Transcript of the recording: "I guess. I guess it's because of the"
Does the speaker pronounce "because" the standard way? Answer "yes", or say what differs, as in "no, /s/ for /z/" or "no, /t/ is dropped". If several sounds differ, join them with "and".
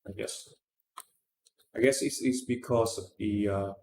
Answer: no, /s/ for /z/